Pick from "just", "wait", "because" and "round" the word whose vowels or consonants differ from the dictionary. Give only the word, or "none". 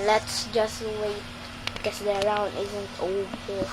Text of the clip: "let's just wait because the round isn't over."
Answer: because